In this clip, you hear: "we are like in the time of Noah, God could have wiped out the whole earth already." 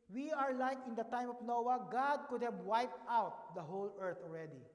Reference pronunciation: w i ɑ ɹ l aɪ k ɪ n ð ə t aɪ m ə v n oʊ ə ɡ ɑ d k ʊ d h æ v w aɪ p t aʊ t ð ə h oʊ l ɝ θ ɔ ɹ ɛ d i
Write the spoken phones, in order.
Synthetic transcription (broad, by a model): w i ɑ ɹ l aɪ k ɪ n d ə t aɪ m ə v n oʊ ə ɡ ɑ d k ʊ d h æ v w aɪ p t aʊ t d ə h oʊ l ɝ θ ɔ ɹ ɛ d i